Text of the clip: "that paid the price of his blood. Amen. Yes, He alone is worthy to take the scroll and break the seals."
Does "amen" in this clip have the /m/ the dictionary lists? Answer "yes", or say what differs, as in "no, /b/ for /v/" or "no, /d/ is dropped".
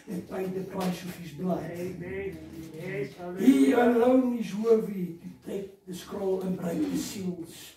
no, /m/ is dropped